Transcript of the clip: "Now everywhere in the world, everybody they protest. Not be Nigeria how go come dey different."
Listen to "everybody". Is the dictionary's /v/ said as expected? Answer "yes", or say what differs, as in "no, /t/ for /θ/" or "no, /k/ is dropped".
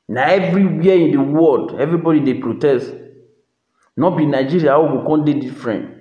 yes